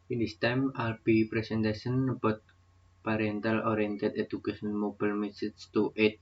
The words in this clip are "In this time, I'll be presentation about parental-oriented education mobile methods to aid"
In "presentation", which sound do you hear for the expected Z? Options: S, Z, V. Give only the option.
S